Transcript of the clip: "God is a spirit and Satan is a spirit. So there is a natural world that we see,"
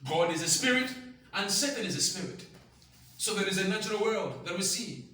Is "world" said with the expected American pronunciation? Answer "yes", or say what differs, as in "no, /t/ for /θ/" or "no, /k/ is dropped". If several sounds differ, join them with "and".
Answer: yes